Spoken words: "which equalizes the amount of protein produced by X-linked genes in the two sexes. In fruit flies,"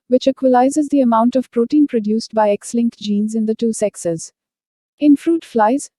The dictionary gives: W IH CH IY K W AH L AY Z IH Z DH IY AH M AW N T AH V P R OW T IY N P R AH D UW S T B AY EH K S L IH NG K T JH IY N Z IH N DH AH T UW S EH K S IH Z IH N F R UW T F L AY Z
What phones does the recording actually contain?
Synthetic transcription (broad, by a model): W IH CH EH K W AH L AY Z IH Z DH IY AH M AW N T AH V P R OW T IY N P R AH D UW S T B AY EH K S L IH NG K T JH IY N Z IH N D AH T UW S EH K S IH Z IH N F R UW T F L AY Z